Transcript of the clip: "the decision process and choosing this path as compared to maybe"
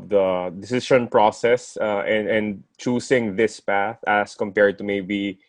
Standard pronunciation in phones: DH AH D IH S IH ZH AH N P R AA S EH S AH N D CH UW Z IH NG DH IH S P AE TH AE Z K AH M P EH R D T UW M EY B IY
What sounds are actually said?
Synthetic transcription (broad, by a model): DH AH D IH S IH SH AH N P R AA S EH S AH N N CH UW S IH NG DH IH S P AE TH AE S K AH M P EH R D T UW M EY B IY